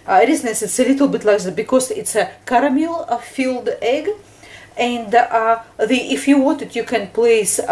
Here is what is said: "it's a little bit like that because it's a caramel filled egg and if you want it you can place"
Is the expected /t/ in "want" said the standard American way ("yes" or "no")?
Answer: yes